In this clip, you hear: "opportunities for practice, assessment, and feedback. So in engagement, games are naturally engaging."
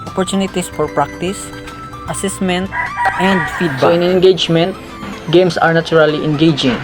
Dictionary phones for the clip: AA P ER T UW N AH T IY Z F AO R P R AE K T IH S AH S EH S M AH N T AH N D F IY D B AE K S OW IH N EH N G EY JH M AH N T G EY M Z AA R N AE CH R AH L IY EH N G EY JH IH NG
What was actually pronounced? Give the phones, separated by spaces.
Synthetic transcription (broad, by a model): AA P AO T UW N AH T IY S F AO R P R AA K T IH S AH S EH S M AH N T AH N D F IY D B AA IH N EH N G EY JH M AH N T G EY M S AA R N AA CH R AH L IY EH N G EY JH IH NG